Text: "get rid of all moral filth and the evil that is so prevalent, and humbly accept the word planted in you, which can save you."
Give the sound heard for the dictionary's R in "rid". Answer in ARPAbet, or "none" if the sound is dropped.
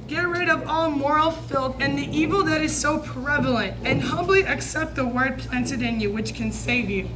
R